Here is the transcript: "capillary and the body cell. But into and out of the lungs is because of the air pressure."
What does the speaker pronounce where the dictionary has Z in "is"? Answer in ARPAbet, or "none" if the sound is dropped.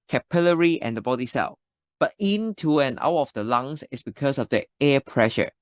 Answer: S